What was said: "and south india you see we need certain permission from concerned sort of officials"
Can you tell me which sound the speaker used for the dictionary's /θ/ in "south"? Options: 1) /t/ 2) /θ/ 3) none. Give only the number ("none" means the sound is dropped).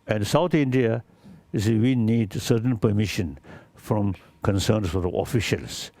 1